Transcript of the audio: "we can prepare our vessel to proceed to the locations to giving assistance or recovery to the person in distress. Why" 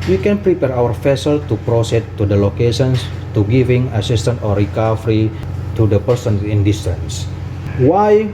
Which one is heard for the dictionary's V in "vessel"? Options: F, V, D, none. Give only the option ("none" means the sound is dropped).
F